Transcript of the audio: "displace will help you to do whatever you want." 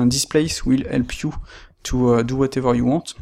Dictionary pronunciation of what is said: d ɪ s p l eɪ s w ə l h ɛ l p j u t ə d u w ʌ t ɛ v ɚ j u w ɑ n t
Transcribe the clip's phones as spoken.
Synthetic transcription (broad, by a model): d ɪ s p l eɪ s w ə l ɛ l p j u t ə d u w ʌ t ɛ v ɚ j u w ɑ t